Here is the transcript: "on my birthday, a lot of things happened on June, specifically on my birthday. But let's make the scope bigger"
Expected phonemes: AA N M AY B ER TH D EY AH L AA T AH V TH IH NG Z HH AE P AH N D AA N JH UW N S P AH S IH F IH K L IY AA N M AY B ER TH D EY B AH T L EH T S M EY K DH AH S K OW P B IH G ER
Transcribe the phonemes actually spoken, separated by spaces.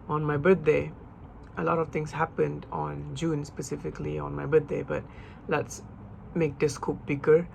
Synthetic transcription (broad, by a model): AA N M AY B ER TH D EY AH L AA T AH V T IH NG S HH AE P AH N D AA N JH UW N S P AH S IH F IH K L IY AA N M AY B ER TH D EY B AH T L EH T S M EY K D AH S K OW P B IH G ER